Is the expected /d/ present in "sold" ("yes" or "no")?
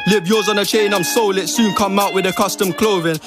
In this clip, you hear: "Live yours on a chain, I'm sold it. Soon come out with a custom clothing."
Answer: no